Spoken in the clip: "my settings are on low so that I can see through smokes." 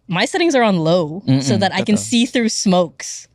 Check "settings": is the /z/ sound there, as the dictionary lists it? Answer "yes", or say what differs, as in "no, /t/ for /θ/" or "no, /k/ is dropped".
yes